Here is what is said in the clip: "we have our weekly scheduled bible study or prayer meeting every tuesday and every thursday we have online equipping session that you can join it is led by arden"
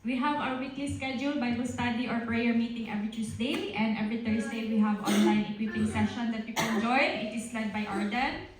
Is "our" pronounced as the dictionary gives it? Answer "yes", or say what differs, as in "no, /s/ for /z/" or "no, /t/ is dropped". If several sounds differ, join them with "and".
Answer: no, /w/ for /ɹ/